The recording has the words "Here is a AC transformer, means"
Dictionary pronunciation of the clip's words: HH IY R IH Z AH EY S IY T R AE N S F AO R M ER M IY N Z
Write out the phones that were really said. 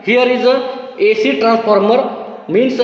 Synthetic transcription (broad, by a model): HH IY R IH Z AH EY S IY T R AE N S P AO R M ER M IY N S